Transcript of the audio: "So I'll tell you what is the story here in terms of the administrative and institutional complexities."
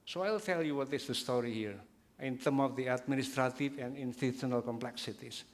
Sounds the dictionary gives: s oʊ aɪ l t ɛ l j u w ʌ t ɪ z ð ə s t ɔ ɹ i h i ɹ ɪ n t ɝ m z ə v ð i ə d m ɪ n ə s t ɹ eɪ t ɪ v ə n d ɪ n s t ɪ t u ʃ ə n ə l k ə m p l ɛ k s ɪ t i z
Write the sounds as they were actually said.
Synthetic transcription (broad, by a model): s oʊ aɪ l t ɛ l j u w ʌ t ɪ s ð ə s t ɔ ɹ i h i ɹ ɪ n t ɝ m ə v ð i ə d m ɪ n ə s t ɹ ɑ t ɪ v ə n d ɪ n s t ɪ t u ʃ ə n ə l k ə m p l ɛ k s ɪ t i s